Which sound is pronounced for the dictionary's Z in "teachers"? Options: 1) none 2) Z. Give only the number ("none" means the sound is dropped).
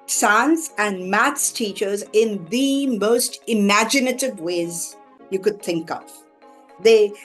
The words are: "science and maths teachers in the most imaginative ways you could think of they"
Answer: 2